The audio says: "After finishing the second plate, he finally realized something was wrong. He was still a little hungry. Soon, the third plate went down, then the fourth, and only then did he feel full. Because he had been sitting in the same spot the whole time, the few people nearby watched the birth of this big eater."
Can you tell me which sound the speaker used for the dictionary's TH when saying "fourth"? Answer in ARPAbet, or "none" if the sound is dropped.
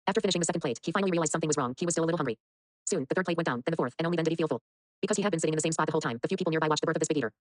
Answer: TH